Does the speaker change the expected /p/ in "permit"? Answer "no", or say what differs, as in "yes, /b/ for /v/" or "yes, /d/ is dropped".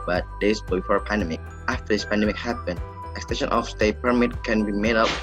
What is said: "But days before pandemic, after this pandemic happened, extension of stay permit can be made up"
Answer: no